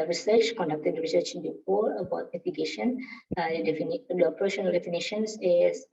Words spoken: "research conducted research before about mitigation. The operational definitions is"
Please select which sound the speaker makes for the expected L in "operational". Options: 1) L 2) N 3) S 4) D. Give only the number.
2